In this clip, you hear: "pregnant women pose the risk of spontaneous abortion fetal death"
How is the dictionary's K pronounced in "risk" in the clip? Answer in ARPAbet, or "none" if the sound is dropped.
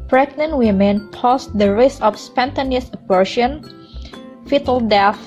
none